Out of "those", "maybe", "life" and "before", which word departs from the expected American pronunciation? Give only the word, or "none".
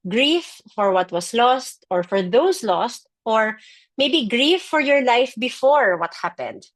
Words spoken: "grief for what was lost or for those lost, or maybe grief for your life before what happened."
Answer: those